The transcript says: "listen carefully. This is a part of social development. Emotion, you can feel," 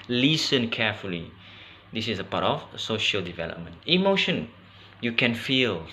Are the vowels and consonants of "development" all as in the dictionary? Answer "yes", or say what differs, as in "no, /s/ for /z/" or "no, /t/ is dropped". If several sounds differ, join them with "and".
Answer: yes